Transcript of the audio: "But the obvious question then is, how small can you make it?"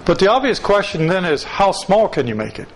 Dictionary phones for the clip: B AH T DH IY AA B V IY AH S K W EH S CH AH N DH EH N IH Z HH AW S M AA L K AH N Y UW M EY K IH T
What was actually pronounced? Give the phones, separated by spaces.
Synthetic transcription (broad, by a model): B AH T DH IY AA B V IY AH S K W EH S CH AH N DH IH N IH Z HH AW S M AA L K AH N Y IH M EY K IH T